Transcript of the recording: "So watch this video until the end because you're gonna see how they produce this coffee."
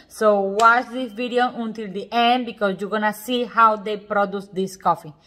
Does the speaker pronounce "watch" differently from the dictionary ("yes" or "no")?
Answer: yes